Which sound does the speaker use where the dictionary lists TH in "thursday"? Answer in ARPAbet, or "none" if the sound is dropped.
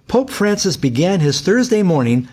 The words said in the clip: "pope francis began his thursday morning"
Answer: TH